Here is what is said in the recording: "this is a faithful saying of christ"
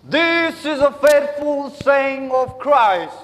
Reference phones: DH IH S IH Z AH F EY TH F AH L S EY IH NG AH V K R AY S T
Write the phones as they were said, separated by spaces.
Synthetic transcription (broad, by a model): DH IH S IH Z AH F EY TH F AH L S EY IH NG AH V K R AY S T